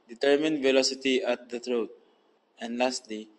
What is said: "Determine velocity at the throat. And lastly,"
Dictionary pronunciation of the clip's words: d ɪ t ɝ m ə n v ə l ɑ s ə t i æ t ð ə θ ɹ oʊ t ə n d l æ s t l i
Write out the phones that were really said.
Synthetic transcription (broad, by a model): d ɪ t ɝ m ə n v ə l ɑ s ə t i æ t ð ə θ ɹ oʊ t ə n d l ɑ s t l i